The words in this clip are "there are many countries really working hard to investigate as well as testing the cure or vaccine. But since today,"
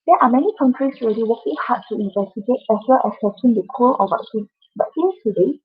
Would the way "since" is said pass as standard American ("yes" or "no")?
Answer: no